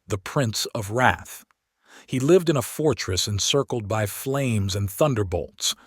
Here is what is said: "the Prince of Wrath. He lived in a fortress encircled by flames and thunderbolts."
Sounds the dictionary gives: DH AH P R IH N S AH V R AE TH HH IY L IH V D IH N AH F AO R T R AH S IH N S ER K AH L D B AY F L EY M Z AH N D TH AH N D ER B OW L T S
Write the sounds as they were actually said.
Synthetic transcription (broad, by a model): DH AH P R IH N S AH V R AE TH HH IY L IH V D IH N AH F AO R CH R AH S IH N S ER K L D B AY F L EY M Z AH N TH AH N D ER B OW L T S